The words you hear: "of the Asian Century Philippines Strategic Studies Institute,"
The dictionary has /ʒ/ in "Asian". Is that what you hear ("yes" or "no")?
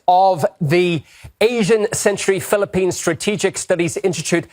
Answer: yes